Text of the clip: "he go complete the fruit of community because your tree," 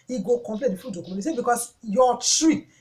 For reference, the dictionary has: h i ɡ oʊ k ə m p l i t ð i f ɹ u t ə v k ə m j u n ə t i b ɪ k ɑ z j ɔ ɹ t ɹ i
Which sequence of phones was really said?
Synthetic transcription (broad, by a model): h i ɡ oʊ k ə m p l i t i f u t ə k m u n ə s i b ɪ k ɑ s j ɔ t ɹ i